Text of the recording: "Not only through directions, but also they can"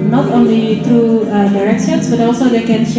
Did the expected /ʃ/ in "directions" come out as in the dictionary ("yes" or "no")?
no